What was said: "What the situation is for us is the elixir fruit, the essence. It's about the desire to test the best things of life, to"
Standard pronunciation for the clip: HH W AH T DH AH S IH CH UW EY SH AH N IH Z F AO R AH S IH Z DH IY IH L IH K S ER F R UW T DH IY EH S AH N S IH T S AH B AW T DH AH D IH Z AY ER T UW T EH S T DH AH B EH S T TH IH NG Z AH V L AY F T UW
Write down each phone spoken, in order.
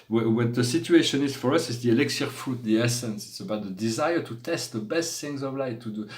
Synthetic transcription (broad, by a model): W W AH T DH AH S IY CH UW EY SH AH N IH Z F AO R AH S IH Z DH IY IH L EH K S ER F UW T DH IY EH S AH N S IH T S AH B AW T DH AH D IH Z AY ER T UW T EH S T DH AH B EH S T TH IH NG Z AH V L AY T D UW